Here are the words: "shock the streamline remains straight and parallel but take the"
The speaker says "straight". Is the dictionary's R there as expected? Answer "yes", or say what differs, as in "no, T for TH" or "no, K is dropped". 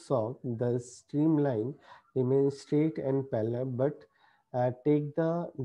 yes